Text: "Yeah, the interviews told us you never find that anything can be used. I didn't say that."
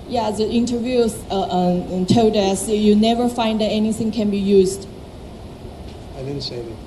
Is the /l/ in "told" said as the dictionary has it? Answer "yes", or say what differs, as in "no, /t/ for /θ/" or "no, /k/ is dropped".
no, /l/ is dropped